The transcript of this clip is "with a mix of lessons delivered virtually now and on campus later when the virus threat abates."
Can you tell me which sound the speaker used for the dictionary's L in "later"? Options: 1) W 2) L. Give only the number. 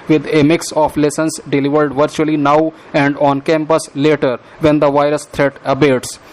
2